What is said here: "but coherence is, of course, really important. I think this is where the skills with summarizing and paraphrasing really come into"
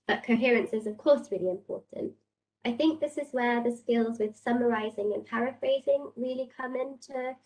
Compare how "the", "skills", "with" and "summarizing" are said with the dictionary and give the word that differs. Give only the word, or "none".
none